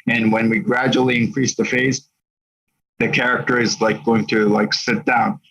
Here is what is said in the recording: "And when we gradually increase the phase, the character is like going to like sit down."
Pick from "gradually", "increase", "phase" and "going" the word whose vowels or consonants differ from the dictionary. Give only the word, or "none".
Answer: none